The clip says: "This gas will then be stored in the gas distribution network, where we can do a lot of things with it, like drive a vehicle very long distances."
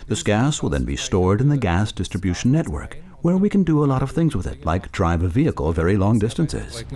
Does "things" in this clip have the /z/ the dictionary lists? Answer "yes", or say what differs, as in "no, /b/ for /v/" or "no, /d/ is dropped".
yes